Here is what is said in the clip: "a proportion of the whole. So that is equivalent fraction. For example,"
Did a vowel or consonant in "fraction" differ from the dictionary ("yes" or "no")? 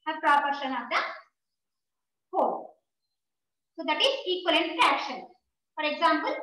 yes